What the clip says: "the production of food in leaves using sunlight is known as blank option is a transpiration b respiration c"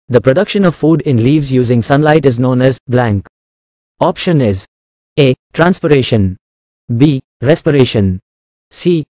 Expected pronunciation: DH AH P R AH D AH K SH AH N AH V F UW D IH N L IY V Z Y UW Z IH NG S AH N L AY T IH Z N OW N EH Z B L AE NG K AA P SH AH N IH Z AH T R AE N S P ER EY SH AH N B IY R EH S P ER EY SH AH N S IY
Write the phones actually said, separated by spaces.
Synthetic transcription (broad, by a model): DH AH P R AH D AH K SH AH N AH V F UW D IH N L IY V Z Y UW Z IH NG S AH N L AY T IH Z N OW N EH Z B L AE NG K AA P SH AH N IH Z AH T R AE N S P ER EY SH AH N B IY R EH S P ER EY SH AH N S IY